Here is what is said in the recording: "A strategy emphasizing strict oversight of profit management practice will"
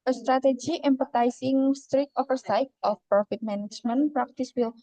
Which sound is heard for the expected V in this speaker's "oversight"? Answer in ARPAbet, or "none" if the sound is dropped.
F